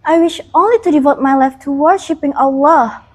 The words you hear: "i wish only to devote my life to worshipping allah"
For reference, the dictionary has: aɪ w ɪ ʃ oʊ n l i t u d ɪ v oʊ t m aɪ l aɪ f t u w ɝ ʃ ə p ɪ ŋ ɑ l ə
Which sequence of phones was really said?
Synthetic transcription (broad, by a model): aɪ w ɪ ʃ oʊ n l i t u d ɪ v oʊ t m aɪ l aɪ f t u w ɝ ʃ ə p ɪ ŋ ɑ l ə